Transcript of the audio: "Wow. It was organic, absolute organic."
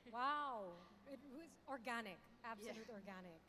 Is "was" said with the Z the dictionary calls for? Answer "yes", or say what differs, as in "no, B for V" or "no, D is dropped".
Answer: yes